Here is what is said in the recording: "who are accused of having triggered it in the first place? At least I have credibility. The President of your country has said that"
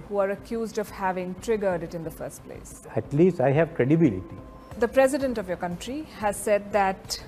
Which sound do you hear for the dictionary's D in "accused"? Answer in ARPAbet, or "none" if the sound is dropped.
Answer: D